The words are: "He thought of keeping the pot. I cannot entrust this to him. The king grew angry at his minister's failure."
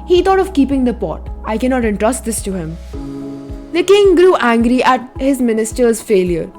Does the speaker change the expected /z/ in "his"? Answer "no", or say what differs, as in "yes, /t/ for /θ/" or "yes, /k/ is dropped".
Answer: no